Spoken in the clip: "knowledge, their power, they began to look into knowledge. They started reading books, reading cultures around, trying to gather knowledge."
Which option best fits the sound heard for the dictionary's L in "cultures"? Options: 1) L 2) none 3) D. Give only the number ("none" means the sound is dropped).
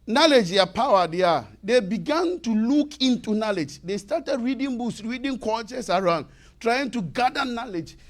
2